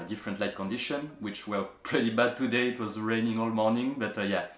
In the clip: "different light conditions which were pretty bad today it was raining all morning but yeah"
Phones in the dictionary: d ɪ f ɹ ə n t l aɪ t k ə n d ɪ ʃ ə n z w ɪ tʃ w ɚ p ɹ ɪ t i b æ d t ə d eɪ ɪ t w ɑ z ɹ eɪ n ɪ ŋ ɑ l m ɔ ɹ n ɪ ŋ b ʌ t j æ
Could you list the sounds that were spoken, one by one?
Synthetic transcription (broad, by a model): d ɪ f ɹ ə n t l aɪ t k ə n d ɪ ʃ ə n w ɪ tʃ w ɚ p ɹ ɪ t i b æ d t ə d eɪ ɪ t w ɑ z ɹ eɪ n ɪ ŋ ɑ l m ɔ ɹ n ɪ ŋ b ʌ t j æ